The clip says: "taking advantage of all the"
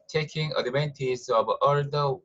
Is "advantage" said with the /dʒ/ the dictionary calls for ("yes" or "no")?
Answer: no